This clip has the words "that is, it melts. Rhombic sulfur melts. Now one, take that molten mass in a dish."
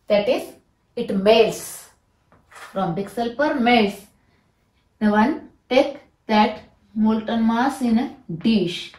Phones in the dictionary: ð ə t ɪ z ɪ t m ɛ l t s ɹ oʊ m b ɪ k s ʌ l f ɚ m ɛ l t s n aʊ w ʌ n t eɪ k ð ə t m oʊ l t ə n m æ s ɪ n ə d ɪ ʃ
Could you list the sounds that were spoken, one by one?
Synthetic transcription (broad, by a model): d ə t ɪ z ɪ t m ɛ l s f ɹ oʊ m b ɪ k s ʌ l p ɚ m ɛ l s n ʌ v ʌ n t eɪ k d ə t m oʊ l t ə n m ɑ s ɪ n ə d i ʃ